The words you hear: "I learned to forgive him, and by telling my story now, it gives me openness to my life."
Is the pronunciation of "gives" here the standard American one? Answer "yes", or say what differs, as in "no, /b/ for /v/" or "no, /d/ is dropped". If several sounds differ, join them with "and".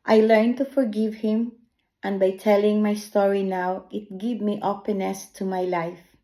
no, /z/ is dropped